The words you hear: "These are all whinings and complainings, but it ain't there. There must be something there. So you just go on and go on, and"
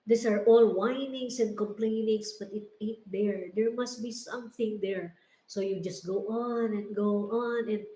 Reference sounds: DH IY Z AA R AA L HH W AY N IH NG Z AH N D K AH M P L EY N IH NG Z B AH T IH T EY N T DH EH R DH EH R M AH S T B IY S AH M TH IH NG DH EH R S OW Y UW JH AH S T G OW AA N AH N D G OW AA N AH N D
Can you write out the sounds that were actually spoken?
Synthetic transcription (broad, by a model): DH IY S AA R AA L W AY N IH NG S AH N D K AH M P L EY N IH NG S B AH T IH T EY T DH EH R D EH R M AH S T B IY S AH M TH IH NG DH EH R S OW Y UW JH AH S T G OW AA N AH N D G OW AA N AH N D